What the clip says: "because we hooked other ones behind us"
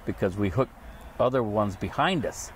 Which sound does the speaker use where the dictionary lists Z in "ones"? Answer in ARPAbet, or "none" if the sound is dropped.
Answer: Z